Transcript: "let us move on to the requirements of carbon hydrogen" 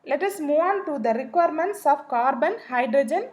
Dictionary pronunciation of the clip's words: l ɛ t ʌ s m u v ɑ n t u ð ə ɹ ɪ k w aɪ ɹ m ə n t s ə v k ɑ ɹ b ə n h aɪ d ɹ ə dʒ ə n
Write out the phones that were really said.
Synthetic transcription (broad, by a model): l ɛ t ʌ s m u ɑ n t u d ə ɹ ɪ k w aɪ ɹ m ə n t s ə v k ɑ ɹ b ə n h aɪ d ɹ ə dʒ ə n